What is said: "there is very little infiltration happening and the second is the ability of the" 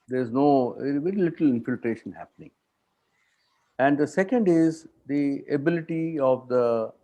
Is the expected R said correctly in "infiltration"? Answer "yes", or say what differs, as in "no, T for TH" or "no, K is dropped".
yes